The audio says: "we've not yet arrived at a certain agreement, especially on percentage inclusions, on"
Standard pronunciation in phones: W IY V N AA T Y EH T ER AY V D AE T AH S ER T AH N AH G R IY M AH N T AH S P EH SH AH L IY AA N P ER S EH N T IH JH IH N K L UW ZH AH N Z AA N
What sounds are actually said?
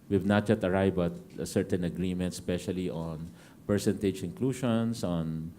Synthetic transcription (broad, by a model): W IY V N AA T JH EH T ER AY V AA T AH S ER T AH N AH G R IY M AH N T S P EH SH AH L IY AA N P ER S EH N T IH JH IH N K L UW SH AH N S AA N